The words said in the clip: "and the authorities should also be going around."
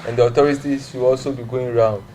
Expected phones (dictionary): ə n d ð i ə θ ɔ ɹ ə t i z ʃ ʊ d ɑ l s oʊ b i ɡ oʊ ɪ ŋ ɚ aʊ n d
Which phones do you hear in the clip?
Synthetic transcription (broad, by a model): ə n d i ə t ɔ ɹ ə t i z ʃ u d ɑ l s oʊ b i ɡ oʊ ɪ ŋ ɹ aʊ n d